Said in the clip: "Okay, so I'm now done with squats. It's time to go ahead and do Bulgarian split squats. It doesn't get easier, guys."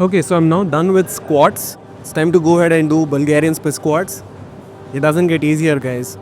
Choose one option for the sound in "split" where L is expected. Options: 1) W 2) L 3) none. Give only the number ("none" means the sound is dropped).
3